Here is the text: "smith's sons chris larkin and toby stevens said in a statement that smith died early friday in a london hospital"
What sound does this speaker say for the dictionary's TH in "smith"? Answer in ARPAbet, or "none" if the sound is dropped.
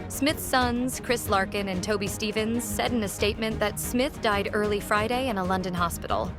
TH